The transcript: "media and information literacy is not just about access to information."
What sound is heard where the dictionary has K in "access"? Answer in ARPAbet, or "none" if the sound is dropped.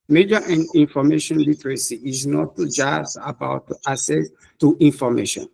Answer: none